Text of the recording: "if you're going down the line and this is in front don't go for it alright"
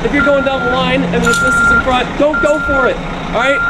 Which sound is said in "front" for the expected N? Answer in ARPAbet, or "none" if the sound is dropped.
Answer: none